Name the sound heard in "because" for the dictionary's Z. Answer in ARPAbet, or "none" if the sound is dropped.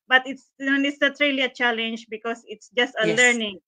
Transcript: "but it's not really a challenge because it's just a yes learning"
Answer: S